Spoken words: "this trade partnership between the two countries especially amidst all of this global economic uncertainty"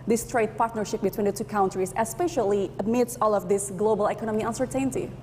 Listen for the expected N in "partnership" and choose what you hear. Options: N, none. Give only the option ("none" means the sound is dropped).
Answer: N